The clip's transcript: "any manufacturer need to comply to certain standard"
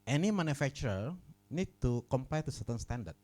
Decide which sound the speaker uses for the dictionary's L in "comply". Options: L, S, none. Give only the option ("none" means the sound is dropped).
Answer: none